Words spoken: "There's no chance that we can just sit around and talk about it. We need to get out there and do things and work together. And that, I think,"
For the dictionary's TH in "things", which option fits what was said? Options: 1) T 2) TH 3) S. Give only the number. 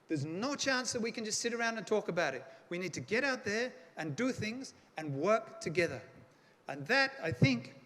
2